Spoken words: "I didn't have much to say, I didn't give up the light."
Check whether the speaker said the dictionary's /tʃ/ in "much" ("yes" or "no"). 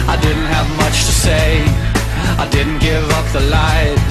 yes